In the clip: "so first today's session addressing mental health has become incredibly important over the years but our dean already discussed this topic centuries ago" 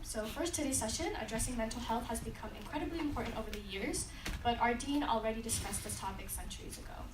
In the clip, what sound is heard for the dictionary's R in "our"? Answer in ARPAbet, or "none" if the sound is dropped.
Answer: R